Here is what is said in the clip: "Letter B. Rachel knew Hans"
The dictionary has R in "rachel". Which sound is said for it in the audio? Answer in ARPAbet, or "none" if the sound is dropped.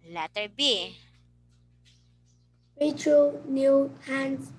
W